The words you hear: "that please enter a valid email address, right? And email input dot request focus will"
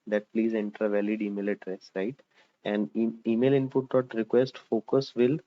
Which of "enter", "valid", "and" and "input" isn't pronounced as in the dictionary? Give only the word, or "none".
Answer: none